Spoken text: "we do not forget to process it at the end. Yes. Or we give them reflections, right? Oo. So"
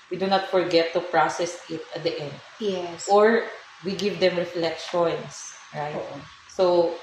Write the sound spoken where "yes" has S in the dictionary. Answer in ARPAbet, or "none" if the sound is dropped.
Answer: none